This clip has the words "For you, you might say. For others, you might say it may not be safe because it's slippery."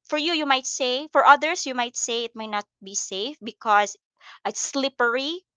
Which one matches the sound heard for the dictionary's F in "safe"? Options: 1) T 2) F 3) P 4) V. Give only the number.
2